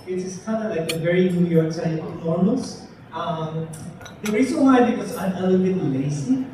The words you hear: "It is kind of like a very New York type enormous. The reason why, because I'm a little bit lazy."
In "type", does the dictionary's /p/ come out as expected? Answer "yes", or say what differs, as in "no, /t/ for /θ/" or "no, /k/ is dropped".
no, /p/ is dropped